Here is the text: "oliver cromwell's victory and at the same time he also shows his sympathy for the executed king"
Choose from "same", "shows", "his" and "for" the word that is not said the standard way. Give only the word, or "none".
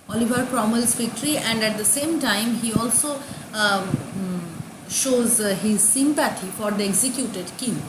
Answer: none